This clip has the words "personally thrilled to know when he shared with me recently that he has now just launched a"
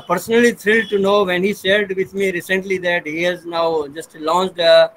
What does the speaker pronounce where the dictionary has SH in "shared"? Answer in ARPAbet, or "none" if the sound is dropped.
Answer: S